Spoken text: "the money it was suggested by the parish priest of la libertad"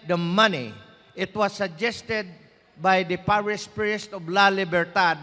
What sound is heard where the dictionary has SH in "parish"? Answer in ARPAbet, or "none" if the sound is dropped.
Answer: S